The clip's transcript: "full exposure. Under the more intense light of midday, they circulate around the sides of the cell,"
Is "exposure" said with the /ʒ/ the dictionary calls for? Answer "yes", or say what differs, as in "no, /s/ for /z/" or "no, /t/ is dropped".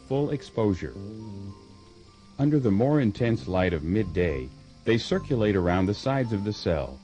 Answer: yes